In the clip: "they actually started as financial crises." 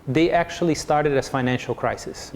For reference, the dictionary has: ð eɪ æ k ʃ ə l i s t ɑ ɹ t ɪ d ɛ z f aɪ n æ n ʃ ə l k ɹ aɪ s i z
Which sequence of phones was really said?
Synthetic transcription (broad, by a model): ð eɪ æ k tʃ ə l i s t ɑ ɹ t ɪ d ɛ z f aɪ n æ n ʃ ə l k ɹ aɪ s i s